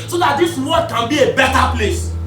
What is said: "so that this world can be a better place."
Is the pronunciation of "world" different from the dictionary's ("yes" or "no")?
yes